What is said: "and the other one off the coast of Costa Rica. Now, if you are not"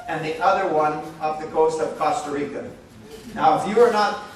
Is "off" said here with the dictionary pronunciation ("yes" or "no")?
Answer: no